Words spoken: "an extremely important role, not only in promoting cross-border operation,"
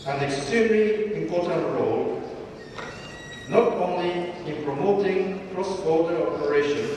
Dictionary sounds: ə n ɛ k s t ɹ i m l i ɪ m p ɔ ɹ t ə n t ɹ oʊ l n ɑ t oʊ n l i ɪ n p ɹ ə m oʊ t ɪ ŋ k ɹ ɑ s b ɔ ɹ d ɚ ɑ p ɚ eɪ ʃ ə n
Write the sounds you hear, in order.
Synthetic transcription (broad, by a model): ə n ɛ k s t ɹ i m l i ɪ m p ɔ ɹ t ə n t ɹ oʊ l n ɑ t oʊ n l i ɪ n p ɹ ə m oʊ t ɪ ŋ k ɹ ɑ s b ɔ l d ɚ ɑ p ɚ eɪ ʃ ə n